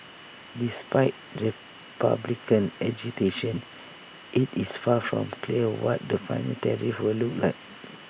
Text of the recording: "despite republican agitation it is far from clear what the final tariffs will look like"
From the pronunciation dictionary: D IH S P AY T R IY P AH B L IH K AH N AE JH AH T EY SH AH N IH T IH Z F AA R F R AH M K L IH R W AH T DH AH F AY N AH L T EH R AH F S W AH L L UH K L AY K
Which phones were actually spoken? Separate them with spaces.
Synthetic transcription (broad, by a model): D IH S P AY T R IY P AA B L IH K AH N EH JH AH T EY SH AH N IH T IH S F AA F R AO M K L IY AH W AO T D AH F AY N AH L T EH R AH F W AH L L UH K L AY K